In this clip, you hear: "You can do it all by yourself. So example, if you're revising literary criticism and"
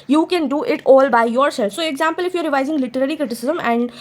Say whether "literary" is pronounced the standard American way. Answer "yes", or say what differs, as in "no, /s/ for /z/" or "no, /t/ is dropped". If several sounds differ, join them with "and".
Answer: yes